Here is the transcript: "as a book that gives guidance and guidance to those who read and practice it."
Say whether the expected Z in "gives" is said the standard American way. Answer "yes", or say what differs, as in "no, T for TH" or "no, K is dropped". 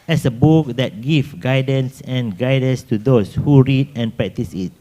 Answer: no, Z is dropped